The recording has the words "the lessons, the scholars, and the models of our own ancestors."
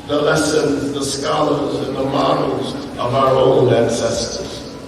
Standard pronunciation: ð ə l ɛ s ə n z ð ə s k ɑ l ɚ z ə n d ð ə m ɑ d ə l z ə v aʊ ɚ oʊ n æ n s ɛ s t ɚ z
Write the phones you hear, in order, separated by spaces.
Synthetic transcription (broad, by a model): ð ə l ɛ s ə n z ð ə s k ɑ l ɚ z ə n ð ə m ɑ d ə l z ə v aʊ ɚ oʊ n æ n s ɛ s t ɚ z